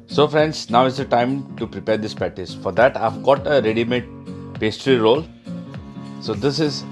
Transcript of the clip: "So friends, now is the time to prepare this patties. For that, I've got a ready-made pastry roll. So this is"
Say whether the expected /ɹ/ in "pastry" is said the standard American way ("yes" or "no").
yes